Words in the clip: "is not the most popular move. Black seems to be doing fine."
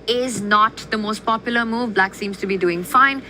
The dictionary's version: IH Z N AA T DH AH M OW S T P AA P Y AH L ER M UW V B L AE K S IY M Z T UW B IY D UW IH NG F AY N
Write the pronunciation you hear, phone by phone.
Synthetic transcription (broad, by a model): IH Z N AA T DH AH M OW S T P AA P Y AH L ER M UW V B L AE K S IY M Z T UW B IY D UW IH NG F AY N